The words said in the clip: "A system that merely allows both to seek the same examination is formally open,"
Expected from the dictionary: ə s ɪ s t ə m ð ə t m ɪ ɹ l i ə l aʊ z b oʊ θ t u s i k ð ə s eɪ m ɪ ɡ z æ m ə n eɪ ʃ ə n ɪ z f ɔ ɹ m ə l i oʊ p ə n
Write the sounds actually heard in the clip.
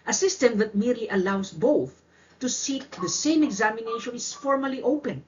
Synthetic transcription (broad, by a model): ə s ɪ s t ə m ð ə t m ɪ ɹ l i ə l aʊ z b oʊ θ t u s i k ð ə s eɪ m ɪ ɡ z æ m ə n eɪ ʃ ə n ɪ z f ɔ ɹ m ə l i oʊ p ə n